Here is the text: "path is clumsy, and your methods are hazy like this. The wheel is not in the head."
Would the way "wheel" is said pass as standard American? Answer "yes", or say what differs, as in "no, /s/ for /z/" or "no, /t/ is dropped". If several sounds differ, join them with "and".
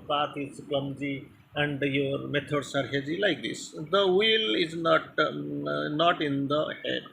yes